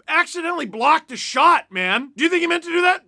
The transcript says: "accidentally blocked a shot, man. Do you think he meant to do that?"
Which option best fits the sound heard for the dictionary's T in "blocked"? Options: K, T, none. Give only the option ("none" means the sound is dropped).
T